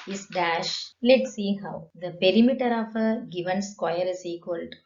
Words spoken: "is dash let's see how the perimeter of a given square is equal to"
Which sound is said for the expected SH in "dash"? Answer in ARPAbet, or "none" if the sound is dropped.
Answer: SH